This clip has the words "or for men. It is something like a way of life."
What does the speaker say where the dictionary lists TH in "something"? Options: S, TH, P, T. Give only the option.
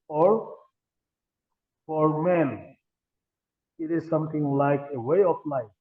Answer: T